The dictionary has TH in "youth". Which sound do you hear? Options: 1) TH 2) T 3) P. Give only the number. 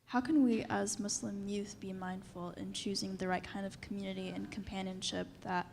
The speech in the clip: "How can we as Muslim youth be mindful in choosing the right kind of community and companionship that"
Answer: 1